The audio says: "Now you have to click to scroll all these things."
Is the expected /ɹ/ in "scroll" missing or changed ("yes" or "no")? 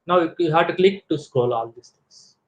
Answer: yes